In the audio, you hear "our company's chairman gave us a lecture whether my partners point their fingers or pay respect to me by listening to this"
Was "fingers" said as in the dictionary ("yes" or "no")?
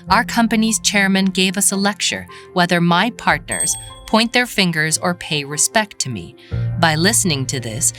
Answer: yes